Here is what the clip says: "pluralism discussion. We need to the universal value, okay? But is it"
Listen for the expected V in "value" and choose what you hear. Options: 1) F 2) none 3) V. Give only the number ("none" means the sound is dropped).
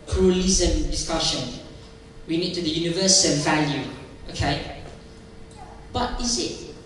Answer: 3